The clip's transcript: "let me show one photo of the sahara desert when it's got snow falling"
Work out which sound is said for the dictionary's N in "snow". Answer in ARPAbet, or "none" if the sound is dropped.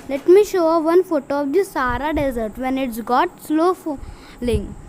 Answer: L